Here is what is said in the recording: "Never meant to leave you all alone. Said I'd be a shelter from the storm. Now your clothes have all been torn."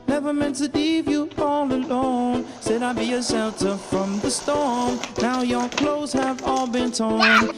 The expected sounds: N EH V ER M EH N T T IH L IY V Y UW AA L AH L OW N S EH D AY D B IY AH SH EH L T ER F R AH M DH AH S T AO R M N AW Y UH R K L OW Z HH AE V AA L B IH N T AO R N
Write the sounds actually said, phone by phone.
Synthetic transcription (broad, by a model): N EH V ER M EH N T T IH L IY V Y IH AA L AH L OW N S EH D AY B IY AH S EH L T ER F R AH M DH AH S T AO R M N AW Y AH R K L OW Z HH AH V AA L B IH N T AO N